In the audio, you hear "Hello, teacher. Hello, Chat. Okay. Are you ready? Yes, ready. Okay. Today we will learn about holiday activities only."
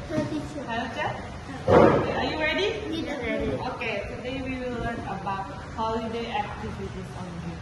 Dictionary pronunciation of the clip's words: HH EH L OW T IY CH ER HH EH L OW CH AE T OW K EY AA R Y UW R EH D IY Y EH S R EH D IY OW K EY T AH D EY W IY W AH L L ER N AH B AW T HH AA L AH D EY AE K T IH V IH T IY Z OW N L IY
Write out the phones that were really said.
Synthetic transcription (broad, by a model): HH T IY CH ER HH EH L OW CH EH OW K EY AA R Y UW R EH D IY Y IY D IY OW K EY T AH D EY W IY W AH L L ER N AH B AW T HH AA L AH D EY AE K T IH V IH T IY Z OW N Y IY